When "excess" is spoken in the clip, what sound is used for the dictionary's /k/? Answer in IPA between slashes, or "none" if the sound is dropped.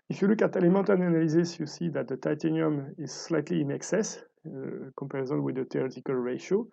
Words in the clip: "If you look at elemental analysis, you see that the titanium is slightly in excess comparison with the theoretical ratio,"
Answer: /k/